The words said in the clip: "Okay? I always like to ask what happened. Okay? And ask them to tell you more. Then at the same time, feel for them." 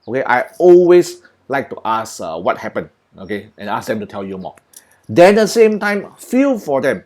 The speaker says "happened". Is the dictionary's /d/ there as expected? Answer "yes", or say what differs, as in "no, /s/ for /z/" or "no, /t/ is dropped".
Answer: no, /d/ is dropped